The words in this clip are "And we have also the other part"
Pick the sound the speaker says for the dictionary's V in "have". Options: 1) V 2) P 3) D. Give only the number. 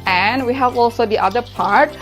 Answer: 1